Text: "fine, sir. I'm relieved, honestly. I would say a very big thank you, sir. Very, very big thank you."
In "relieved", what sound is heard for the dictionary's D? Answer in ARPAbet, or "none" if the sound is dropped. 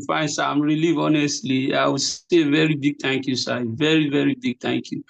none